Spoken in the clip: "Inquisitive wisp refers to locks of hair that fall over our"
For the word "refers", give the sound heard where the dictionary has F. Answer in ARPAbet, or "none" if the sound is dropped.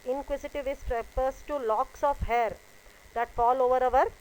P